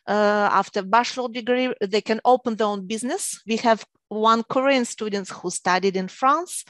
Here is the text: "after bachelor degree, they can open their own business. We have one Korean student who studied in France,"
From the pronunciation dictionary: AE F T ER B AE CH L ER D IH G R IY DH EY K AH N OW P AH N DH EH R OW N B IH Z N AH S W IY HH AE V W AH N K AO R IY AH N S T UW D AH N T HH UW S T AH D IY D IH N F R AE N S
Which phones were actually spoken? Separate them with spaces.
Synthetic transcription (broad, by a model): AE F T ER B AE SH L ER D IH G R IY DH EY K AH N OW P AH N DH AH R OW N B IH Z N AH S W IY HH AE V W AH N K AO R IY AH N S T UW D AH N T HH UW S T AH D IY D IH N F R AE N S